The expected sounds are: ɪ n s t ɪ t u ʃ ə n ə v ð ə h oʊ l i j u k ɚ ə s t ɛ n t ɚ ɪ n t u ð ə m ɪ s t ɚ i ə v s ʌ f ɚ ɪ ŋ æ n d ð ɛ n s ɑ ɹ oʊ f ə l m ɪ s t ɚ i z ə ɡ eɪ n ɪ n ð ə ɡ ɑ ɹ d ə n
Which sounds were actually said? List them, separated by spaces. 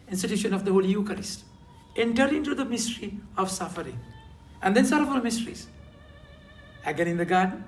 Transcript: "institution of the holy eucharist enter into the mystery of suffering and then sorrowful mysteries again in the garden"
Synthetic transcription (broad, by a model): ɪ n s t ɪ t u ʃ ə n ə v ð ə h oʊ l i j u k ɚ ə s t ɛ n t ɚ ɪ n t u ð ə m ɪ s t ɚ i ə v s ʌ f ɚ ɪ ŋ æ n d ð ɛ n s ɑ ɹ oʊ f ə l m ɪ s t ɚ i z ə ɡ eɪ n ɪ n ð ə ɡ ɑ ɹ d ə n